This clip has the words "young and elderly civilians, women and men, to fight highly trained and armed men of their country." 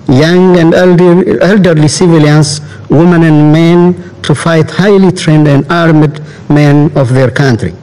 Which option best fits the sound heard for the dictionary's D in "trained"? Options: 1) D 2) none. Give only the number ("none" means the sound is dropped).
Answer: 1